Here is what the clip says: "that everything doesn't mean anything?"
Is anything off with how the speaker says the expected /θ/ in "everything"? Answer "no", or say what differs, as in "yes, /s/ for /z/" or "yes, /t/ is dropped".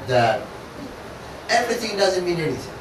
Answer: no